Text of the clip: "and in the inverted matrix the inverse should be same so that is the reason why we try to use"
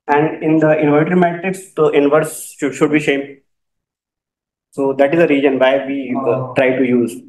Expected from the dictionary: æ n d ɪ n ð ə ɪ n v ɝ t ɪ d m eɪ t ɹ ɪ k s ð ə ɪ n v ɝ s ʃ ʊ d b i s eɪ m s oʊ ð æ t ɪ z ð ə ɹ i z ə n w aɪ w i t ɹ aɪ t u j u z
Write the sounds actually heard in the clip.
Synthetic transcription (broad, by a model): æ n d ɪ n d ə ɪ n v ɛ t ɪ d m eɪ t ɹ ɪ k s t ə ɪ n v ɝ s ʃ ʊ d b i ʃ eɪ m s oʊ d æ t ɪ z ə ɹ i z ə n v aɪ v i t ɹ aɪ t u j u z